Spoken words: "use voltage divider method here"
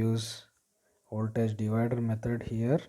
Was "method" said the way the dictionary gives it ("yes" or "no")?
no